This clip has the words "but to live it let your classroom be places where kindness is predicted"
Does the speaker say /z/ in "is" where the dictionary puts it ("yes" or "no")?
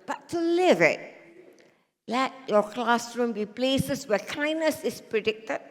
no